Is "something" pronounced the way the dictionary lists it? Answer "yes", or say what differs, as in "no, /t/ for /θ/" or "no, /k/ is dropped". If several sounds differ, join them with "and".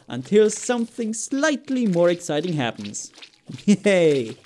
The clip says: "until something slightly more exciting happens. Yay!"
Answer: yes